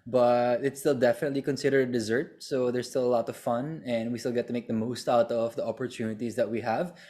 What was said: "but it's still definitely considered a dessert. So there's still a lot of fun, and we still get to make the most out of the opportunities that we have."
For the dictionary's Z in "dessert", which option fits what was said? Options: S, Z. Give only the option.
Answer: Z